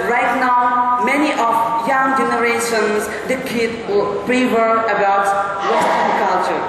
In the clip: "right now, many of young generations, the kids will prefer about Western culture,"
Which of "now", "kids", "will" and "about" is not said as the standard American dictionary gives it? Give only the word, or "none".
kids